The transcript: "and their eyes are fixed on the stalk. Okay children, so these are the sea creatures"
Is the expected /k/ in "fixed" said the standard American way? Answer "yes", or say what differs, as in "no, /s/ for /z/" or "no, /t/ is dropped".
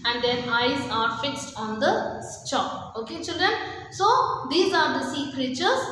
yes